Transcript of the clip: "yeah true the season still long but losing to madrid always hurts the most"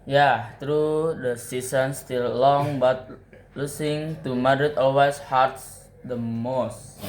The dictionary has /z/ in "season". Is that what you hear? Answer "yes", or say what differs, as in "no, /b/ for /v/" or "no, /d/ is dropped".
no, /s/ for /z/